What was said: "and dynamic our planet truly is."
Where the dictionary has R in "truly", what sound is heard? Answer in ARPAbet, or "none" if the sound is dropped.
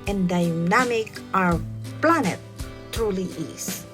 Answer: none